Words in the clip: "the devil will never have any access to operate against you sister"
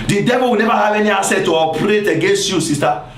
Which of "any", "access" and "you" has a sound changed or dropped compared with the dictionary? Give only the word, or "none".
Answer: access